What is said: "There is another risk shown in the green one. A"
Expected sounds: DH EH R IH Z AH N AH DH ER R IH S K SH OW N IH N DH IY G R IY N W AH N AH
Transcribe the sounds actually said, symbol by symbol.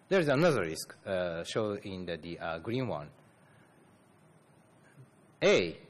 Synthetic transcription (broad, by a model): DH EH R IH Z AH N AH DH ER R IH S K SH OW IH N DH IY G R IY N W AH N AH